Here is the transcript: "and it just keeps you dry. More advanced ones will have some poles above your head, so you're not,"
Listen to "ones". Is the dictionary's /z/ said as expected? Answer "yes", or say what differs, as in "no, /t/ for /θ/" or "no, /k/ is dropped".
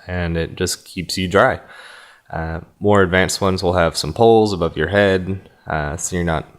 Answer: yes